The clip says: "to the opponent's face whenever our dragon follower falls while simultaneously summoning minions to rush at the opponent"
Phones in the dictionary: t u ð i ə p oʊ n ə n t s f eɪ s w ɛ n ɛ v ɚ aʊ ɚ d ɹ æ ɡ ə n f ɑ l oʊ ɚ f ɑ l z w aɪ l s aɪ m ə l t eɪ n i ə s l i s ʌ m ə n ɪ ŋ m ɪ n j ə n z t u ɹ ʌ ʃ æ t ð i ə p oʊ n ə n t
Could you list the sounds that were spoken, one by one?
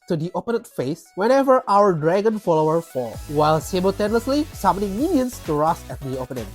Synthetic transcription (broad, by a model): t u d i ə p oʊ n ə t f eɪ s w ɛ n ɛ v ɚ aʊ ɚ d ɹ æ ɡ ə n f ɑ l oʊ ɚ f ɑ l w aɪ l s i m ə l t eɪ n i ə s l i s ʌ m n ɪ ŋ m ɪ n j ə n s t u ɹ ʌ s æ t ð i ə p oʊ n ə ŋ